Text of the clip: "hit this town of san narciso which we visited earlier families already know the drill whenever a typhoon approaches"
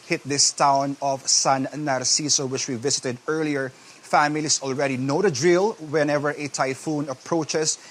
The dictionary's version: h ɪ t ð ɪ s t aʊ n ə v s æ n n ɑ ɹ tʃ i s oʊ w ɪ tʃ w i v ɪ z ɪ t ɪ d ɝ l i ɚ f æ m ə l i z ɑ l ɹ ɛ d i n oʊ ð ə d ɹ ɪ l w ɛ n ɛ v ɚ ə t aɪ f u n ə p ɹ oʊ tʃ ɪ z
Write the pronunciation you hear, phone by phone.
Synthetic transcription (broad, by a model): h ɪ t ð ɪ s t aʊ n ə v s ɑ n n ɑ ɹ s i s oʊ w ɪ tʃ w i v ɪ s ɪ t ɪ d ɝ l i ɚ f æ m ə l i s ɑ l ɹ ɛ d i n oʊ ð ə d ɹ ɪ l w ɛ n ɛ v ɚ ə t aɪ f u n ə p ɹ oʊ tʃ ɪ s